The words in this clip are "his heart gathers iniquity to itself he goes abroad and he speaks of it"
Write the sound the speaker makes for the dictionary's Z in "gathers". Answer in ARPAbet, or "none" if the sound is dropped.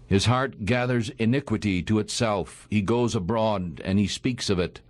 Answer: Z